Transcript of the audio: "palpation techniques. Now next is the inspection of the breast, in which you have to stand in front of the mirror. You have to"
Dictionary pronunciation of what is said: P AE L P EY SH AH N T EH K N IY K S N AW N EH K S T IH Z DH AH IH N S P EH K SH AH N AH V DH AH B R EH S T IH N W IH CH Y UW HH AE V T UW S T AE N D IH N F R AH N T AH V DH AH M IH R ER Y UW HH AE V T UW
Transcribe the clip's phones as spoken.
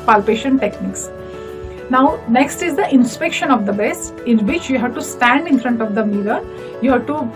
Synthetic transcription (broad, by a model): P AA L P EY SH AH N T EH K N IY K S N AW N EH K S T IH Z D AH IH N S P EH K SH AH N AH V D AH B EH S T IH N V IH CH Y UW HH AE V T UW S T AE N D IH N F R AH N T AH V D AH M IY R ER Y UW HH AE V T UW